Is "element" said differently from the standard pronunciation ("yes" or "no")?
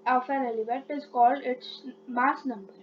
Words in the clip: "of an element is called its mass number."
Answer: yes